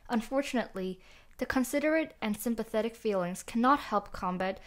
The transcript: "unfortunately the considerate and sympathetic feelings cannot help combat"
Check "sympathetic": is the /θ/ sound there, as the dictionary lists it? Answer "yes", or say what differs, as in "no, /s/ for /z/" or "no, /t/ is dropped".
yes